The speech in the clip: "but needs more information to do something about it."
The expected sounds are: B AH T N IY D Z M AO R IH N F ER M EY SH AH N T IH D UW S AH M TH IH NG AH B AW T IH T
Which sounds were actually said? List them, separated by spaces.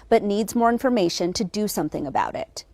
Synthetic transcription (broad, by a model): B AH T N IY D Z M AO R IH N F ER M EY SH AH N T IH D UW S AH M TH IH NG AH B AW T IH T